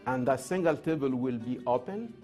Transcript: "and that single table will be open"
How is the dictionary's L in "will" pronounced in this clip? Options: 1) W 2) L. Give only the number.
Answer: 2